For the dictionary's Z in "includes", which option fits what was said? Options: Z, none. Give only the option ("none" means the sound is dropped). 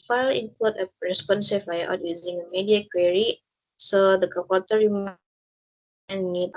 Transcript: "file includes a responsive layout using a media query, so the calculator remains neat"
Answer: none